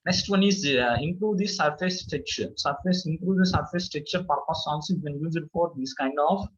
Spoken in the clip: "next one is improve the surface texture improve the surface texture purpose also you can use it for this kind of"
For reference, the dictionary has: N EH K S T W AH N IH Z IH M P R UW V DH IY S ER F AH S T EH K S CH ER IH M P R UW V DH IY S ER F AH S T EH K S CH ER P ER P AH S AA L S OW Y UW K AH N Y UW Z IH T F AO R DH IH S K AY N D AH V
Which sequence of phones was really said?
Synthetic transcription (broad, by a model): N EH K S T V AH N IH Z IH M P R UW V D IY S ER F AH S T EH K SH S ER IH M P R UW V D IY S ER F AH S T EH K CH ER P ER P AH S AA N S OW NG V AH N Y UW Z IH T F AO R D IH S K AY N D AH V